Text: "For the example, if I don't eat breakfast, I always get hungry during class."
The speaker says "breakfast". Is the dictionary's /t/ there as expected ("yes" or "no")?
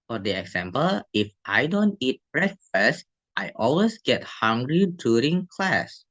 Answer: yes